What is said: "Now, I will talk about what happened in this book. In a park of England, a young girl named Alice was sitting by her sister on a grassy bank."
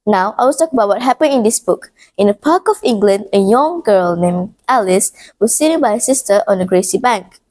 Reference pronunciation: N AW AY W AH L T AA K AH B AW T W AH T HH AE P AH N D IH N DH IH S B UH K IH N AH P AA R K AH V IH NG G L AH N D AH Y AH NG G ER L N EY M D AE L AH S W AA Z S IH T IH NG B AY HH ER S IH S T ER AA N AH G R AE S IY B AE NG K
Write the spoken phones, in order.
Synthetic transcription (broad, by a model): N AW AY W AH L T AA K AH B AW T W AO T HH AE P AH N IH N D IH S B UH K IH N AH P AA K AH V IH NG G L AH N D AH Y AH NG G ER L N EY M AE L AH S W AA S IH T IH B AY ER S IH S T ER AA N AH G R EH S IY B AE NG K